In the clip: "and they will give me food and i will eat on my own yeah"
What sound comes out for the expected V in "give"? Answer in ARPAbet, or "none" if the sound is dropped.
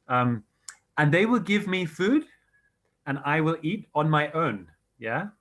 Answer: V